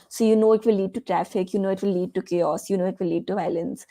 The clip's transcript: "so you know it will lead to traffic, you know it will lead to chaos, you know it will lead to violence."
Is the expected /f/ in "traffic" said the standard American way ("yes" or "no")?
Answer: yes